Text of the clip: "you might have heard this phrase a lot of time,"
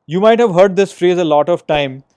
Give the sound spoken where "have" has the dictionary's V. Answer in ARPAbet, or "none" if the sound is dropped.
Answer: V